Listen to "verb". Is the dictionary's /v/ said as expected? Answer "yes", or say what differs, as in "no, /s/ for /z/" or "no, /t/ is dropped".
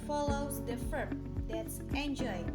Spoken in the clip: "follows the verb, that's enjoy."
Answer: no, /f/ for /v/